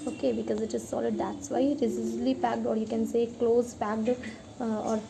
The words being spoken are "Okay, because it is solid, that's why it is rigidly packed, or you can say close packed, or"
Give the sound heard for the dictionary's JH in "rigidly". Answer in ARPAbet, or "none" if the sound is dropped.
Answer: Z